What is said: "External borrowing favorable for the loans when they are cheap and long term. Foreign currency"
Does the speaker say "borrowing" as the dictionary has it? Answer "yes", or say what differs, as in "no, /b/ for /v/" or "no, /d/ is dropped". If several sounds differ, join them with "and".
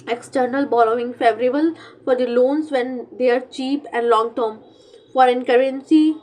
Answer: no, /l/ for /ɹ/